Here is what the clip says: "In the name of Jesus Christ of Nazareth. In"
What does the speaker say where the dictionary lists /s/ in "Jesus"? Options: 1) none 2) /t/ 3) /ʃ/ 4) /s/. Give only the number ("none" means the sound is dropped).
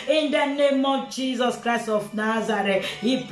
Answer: 4